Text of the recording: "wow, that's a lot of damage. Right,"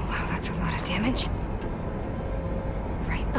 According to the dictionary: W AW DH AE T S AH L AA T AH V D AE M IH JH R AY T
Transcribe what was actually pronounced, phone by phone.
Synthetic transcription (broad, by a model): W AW DH AE T S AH N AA T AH D AE M IH JH R AY T